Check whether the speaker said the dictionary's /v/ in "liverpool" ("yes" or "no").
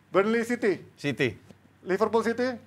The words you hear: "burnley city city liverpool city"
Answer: no